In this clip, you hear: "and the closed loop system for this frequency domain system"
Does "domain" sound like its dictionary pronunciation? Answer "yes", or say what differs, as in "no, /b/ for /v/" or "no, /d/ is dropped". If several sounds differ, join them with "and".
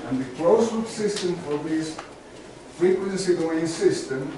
no, /m/ is dropped